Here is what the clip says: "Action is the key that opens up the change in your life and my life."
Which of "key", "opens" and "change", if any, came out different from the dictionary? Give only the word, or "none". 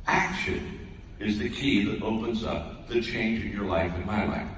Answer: none